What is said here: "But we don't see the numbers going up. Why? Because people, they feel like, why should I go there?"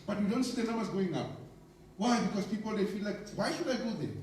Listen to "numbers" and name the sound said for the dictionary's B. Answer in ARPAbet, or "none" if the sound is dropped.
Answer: none